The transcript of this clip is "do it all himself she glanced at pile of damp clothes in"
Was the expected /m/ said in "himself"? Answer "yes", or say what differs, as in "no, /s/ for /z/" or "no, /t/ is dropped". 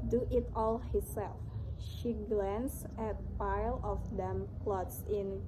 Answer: no, /m/ is dropped